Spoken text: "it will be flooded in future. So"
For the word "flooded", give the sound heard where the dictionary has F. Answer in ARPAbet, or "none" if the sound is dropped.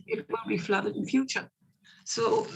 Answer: F